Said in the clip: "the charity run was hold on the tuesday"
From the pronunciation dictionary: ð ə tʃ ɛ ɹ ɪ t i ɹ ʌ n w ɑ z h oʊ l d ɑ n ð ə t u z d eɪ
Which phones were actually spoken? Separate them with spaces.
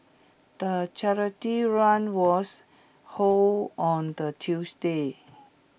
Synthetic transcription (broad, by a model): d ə tʃ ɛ ɹ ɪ t i ɹ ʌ n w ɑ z h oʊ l ɑ n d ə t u s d eɪ